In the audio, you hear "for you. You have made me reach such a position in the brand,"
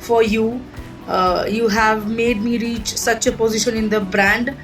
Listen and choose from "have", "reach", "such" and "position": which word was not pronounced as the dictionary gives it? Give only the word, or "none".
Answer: none